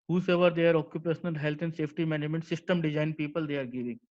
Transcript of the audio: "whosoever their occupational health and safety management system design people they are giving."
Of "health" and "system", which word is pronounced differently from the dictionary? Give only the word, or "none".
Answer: health